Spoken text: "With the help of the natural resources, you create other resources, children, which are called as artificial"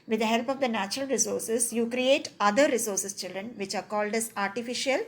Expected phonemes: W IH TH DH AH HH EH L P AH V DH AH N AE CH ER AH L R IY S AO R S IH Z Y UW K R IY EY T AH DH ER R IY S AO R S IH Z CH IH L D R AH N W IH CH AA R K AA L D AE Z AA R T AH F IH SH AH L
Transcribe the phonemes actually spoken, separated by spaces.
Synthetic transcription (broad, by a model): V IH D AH HH EH L P AH V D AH N AE CH ER AH L R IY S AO R S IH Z Y UW K R IY EY T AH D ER R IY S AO R S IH S CH IH L D R AH N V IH CH AA R K AA L D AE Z AA R T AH F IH SH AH L